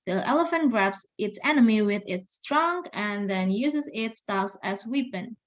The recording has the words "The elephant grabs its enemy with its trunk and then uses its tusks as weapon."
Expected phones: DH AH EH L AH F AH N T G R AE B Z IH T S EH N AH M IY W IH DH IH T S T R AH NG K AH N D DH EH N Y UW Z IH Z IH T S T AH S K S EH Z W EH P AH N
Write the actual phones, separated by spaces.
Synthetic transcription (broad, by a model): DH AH EH L AH F AH N T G R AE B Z IH T S EH N AH M IY W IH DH IH T S T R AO NG AH N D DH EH N Y UW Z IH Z IH T S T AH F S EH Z W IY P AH N